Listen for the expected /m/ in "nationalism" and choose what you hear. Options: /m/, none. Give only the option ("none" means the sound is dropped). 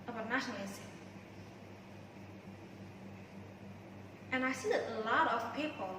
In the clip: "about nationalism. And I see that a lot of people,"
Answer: none